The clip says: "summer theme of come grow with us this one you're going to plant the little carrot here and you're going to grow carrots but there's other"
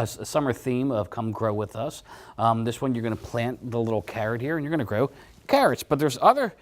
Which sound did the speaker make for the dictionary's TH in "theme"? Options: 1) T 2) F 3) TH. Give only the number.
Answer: 3